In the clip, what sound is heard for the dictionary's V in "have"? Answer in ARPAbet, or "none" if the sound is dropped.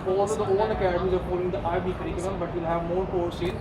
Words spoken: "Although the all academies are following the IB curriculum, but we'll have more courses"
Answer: V